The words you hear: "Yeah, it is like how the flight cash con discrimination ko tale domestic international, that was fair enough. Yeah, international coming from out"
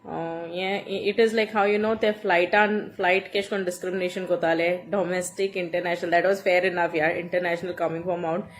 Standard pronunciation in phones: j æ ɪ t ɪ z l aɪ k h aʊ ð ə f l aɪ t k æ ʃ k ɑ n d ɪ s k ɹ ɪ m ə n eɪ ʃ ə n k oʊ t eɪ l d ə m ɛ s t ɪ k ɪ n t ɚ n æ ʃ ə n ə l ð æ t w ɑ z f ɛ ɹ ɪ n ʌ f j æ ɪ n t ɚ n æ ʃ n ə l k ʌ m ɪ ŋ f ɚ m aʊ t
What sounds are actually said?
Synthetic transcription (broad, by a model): j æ ɪ t ɪ z l aɪ k h aʊ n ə f l aɪ t k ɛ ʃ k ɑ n d ɪ s k ɹ ɪ m ə n eɪ ʃ ə n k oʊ t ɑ l d ə m ɛ s t ɪ k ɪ n t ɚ n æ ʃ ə n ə l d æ t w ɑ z f ɛ ɹ ɪ n ʌ f j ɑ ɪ n t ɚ n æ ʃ n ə l k ʌ m ɪ ŋ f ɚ m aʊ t